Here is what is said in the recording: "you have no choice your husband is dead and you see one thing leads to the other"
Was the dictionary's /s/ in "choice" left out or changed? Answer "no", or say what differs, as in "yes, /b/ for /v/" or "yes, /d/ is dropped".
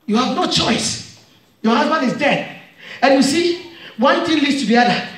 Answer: no